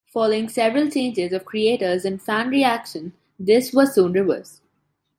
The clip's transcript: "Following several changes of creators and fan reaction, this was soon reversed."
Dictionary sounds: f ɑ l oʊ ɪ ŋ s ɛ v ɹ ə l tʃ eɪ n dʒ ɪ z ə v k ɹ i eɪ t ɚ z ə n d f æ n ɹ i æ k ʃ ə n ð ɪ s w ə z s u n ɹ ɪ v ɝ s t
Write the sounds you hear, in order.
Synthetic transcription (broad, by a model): f ɑ l oʊ ɪ ŋ s ɛ v ɹ ə l tʃ eɪ n dʒ ɪ z ə v k ɹ i eɪ t ɚ z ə n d f æ n ɹ i æ k ʃ ə n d ɪ s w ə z s u n ɹ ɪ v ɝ s